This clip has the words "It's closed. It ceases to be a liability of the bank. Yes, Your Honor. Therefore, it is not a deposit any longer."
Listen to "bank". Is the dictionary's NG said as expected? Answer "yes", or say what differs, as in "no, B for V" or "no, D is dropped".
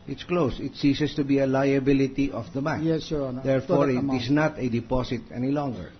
no, NG is dropped